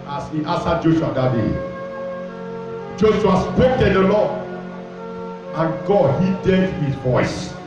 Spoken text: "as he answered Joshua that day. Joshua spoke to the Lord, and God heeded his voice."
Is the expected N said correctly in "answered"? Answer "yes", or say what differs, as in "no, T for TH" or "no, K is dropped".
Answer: no, N is dropped